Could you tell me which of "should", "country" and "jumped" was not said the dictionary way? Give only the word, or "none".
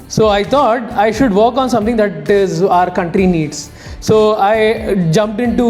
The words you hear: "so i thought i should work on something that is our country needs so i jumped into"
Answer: none